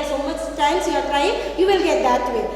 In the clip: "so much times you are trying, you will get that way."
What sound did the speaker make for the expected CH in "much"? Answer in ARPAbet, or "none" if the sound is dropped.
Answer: S